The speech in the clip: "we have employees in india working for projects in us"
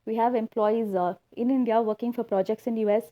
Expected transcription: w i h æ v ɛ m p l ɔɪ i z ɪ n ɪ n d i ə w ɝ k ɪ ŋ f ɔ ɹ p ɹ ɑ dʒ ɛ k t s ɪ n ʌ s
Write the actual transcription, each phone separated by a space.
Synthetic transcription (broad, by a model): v i h æ v ɛ m p l ɔɪ i z ɪ n ɪ n d i ə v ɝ k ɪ ŋ f ɔ ɹ p ɹ ɑ dʒ ɛ k t s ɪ n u s